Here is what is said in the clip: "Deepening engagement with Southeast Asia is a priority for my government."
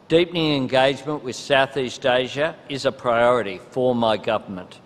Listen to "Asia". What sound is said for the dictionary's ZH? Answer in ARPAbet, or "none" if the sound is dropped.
ZH